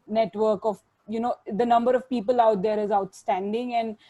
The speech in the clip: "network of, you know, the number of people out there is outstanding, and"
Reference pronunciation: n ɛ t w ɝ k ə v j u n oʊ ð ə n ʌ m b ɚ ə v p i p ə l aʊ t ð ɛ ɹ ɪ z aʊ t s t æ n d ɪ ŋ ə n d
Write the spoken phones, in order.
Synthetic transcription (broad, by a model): n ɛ t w ɝ k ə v j u n oʊ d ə n ʌ m b ɚ ə v p i p ə l aʊ t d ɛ ɹ ɪ z aʊ t s t æ n d ɪ ŋ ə n d